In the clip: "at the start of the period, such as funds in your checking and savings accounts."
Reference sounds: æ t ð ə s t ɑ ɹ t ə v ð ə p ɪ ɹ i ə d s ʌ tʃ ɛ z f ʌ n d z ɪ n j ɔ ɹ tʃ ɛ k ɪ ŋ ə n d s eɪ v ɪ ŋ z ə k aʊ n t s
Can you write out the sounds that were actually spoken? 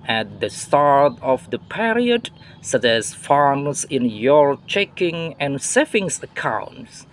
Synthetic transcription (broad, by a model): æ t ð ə s t ɑ ɹ t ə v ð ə p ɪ ɹ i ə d s ʌ tʃ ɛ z f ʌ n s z ɪ n j ɔ ɹ tʃ ɛ k ɪ ŋ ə n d s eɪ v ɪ ŋ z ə k aʊ n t s